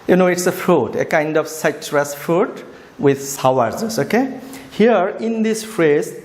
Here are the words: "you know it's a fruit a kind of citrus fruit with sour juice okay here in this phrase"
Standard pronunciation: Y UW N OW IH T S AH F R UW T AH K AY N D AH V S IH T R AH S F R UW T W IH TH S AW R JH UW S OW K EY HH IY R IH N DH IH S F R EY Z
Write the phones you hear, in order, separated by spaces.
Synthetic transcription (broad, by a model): Y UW N OW IH T S AH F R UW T AH K AY N D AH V S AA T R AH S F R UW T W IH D S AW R Z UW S OW K EY HH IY R IH N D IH S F R EY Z